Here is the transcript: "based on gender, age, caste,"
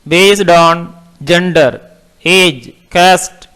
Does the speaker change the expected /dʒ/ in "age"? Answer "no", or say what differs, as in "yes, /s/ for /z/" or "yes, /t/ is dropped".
no